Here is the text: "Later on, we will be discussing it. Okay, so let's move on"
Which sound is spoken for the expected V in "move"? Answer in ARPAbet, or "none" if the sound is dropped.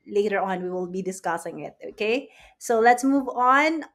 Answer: V